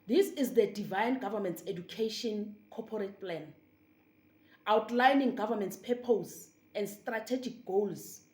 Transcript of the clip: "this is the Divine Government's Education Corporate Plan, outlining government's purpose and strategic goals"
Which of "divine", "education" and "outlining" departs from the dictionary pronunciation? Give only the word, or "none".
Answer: none